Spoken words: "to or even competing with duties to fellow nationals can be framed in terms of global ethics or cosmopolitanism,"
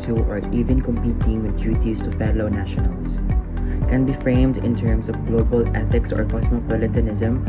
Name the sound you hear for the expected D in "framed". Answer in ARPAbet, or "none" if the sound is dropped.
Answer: D